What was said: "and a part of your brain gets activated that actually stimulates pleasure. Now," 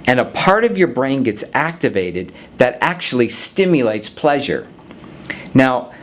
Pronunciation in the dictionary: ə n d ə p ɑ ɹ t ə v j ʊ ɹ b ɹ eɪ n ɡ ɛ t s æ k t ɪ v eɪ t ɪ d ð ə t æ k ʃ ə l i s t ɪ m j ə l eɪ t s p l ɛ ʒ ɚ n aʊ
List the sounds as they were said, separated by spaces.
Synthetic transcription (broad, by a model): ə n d ə p ɑ ɹ t ə v j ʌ ɹ b ɹ eɪ n ɡ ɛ t s æ k t ɪ v eɪ t ɪ d ð ə t æ k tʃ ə l i s t ɪ m j ə l eɪ t s p l ɛ ʒ ɚ n aʊ